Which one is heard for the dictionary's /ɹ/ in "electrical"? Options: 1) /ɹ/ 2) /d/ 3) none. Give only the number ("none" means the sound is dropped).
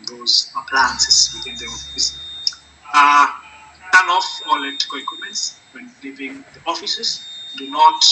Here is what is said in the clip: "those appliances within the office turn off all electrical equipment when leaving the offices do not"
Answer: 3